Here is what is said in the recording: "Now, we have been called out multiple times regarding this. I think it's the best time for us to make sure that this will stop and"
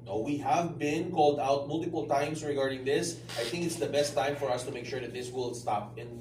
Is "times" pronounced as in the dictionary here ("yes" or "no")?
no